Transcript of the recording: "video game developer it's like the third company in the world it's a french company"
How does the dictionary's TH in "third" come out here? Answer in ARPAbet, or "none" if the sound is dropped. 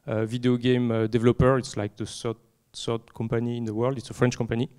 S